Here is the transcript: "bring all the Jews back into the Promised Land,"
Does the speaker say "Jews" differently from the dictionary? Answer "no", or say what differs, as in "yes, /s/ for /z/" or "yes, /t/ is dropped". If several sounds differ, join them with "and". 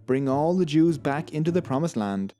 no